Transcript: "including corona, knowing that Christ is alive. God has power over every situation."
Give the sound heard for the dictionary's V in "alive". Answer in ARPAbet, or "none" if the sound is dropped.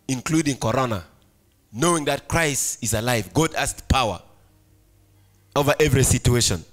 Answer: V